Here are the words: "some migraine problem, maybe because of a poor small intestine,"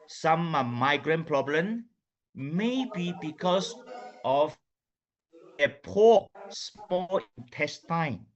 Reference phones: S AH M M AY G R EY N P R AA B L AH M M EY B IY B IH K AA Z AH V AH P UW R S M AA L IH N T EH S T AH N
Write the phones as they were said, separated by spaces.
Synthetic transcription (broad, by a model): S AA M M AY G R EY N P R AA B L AH M M EY B IY B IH K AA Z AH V AH P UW S M AA L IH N T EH S T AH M